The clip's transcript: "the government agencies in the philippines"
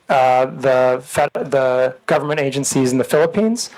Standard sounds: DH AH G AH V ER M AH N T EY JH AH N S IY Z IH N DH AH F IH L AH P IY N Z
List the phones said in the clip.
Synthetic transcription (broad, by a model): DH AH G AH V ER M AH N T EY JH AH N S IY Z N DH AH F IH L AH P IY N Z